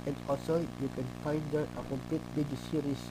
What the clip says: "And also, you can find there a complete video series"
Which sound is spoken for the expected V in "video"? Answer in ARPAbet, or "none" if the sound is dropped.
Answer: B